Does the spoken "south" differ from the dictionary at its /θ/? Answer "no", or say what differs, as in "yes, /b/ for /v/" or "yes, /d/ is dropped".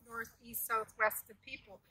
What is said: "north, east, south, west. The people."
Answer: no